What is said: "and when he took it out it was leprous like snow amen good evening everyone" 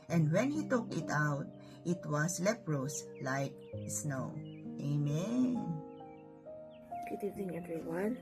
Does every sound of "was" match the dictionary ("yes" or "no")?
no